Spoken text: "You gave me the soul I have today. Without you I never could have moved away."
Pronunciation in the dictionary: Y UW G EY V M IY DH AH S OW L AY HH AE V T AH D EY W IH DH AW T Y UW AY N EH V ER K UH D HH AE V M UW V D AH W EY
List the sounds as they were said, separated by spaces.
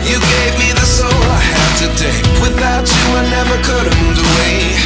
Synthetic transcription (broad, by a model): Y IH G EY V M IY DH AH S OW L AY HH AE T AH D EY W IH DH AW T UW AY N EH V ER K UH D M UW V AH W EY